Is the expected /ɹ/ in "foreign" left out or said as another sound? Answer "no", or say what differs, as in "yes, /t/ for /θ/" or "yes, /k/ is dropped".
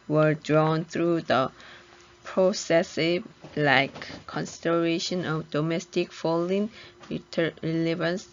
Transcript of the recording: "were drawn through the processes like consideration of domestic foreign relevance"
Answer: yes, /l/ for /ɹ/